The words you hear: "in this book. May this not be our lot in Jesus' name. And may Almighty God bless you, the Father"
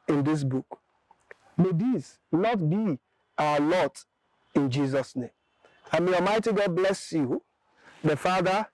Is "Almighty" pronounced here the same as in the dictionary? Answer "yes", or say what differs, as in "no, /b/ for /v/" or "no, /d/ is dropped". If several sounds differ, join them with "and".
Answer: no, /l/ is dropped